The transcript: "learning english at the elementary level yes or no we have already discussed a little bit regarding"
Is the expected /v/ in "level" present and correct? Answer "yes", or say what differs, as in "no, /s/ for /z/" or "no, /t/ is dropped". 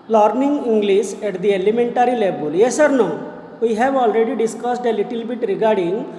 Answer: no, /b/ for /v/